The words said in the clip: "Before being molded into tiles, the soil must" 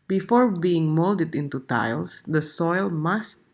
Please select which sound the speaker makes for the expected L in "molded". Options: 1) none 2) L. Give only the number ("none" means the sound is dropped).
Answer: 2